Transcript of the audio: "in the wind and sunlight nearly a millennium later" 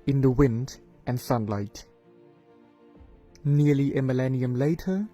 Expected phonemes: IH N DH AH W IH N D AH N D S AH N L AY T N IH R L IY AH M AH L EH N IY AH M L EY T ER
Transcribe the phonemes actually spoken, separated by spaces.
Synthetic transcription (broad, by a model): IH N DH AH W IH N D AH N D S AH N L AY T N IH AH L IY AH M AH L EH N IY AH M L EY T ER